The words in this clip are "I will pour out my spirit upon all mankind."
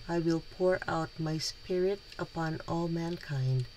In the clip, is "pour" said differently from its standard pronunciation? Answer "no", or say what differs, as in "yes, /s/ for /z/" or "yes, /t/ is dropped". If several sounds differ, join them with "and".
no